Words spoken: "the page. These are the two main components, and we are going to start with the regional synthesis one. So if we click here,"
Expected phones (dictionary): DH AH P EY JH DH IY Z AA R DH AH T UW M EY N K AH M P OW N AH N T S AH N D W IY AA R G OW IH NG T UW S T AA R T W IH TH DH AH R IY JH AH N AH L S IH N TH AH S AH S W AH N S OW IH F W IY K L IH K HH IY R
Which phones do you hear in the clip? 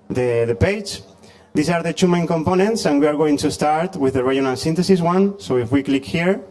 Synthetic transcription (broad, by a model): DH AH P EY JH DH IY S AA R DH AH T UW M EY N K AH M P OW N AH N T S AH N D W IY AA R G OW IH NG T UW S T AA R T W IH DH AH R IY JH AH N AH L S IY N T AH S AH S W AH N S OW IH F W IY K L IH K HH IY R